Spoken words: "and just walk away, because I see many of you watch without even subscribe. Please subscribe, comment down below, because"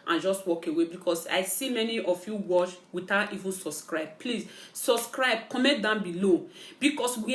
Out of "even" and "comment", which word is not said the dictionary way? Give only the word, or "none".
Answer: comment